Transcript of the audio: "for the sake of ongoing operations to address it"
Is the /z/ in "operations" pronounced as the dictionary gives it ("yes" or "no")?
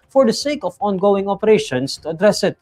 no